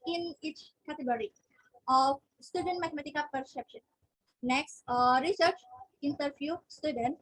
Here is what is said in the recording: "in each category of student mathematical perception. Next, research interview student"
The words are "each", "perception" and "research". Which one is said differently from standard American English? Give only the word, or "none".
none